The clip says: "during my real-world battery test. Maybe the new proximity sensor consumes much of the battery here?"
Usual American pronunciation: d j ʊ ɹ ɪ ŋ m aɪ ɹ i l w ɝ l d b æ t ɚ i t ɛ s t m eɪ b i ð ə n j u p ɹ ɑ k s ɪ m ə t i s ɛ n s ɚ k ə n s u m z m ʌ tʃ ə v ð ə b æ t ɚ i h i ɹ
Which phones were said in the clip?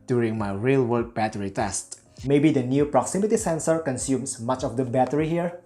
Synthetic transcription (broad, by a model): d j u ɹ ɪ ŋ m aɪ ɹ i l w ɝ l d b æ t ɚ i t ɛ s t m eɪ b i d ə n j u p ɹ ɑ k s ɪ m ə t i s ɛ n s ɚ k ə n s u m s m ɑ tʃ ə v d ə b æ t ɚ i h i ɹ